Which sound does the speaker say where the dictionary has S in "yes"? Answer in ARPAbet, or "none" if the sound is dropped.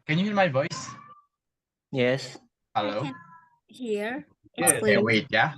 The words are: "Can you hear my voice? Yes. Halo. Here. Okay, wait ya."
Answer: S